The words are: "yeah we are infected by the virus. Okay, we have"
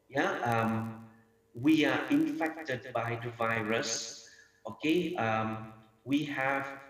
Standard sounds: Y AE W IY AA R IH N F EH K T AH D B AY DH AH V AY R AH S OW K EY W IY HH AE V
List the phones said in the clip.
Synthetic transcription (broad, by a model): Y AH W IY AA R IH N F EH K T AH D B AY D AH V AY R AH S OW K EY W IY HH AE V